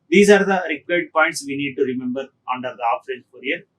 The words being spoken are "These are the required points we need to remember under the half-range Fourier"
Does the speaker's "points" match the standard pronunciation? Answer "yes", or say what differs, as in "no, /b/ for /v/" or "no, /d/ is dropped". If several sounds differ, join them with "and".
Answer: yes